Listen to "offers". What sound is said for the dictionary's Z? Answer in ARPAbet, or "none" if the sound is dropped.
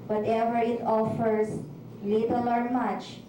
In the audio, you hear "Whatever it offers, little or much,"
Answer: S